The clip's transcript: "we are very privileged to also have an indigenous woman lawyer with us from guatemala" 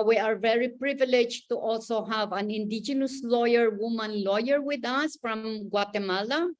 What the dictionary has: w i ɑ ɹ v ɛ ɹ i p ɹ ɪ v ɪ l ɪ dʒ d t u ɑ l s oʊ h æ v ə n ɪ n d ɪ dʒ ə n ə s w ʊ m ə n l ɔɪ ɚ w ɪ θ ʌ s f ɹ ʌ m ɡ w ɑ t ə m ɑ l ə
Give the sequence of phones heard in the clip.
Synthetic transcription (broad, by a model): w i ɑ ɹ v ɛ ɹ i p ɹ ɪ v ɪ l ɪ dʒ t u ɑ l s oʊ h æ v ə n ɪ n d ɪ dʒ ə n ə s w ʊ m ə n l ɔɪ ɚ w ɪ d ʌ s f ɹ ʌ m ɡ w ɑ t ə m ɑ l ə